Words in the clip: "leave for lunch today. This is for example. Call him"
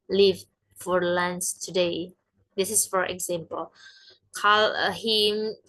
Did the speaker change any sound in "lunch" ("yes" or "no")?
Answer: yes